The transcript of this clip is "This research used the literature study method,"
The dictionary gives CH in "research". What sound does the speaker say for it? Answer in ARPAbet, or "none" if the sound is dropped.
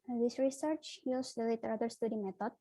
CH